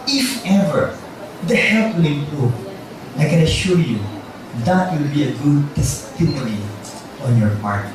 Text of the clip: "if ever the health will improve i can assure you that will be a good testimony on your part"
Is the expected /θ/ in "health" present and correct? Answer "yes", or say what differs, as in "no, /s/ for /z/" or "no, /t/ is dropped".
no, /t/ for /θ/